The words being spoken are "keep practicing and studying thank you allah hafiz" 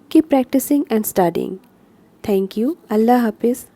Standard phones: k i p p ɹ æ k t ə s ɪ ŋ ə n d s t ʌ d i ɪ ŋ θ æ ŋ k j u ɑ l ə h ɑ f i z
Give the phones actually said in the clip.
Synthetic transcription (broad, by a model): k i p p ɹ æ k t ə s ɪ ŋ ə n d s t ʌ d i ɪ ŋ t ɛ ŋ k j u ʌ l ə h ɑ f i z